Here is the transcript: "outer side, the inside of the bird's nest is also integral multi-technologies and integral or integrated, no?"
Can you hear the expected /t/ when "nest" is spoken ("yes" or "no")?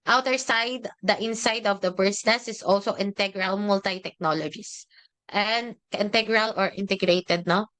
no